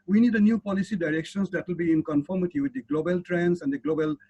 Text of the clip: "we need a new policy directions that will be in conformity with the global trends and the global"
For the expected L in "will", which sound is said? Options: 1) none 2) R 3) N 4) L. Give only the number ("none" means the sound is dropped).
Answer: 4